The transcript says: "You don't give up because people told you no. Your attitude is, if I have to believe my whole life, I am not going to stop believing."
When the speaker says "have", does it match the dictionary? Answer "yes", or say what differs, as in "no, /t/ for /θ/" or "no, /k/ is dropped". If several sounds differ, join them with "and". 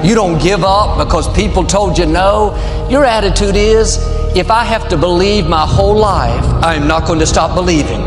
no, /f/ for /v/